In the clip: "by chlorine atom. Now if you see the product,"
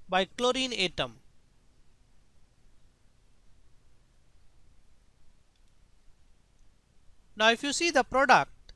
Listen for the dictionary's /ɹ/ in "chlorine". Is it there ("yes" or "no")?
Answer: yes